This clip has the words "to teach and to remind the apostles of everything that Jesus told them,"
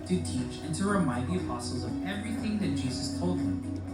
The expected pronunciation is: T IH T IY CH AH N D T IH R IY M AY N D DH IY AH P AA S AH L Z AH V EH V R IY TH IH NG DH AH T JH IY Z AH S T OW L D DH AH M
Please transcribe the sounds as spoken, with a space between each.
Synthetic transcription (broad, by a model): T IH T IY CH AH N T IH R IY M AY D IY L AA S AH Z AH V EH V R IY TH IH NG DH AH T JH IY Z AH S T OW L D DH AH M